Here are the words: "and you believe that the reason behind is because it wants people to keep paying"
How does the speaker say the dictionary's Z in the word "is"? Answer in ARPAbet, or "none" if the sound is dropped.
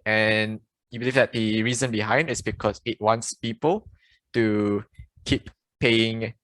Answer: S